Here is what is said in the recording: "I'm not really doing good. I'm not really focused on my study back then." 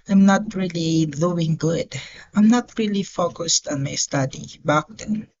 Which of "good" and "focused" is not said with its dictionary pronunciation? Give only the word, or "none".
none